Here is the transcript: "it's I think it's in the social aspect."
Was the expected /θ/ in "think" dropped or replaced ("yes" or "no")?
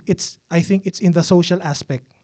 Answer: no